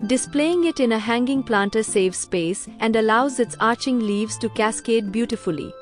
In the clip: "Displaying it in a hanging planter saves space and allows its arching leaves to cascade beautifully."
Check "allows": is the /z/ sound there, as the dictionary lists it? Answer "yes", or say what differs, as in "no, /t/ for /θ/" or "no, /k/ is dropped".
yes